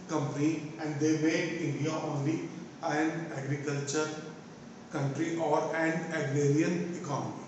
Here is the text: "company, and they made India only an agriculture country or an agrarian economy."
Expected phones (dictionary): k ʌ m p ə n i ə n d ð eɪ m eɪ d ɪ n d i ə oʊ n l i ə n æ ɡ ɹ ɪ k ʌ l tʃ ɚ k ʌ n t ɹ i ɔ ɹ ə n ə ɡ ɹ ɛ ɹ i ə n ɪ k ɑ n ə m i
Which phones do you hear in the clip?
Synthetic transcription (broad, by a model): k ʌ m p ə n i ə n d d eɪ m eɪ d ɪ n d i ə oʊ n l i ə n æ ɡ ɹ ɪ k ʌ l tʃ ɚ k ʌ n t ɹ i ɔ ɹ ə n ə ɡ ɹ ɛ ɹ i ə n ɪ k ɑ n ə m i